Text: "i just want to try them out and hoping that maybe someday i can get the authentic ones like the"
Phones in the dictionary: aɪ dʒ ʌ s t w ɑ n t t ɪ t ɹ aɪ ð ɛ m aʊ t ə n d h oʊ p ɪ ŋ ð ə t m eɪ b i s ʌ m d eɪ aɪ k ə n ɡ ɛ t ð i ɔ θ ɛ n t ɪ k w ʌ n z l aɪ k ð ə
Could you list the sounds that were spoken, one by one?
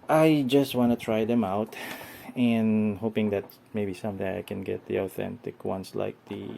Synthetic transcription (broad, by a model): aɪ dʒ ʌ s t w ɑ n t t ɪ t ɹ aɪ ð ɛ m aʊ t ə n h oʊ p ɪ ŋ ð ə t m eɪ b i s ʌ m d eɪ aɪ k ə n ɡ ɛ t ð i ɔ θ ɛ n t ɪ k w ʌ n s l aɪ k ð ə